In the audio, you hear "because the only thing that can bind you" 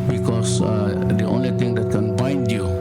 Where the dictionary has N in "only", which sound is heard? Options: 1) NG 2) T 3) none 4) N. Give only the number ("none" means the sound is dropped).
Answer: 4